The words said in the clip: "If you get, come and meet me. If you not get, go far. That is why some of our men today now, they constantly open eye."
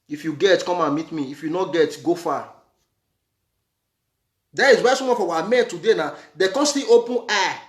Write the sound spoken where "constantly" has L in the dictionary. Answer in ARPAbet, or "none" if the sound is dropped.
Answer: none